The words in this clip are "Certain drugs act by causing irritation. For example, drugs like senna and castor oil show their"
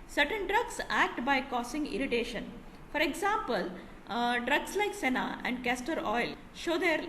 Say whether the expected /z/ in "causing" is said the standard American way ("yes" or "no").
no